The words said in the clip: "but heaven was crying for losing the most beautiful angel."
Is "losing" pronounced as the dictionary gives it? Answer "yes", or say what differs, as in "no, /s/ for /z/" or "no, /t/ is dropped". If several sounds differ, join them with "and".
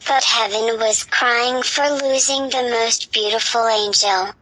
yes